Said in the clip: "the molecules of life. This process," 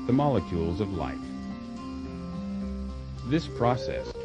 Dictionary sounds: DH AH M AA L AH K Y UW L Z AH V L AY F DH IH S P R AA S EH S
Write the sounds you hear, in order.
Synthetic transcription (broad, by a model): DH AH M AA L AH K Y UW L Z AH V L AY F DH IH S P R AA S EH S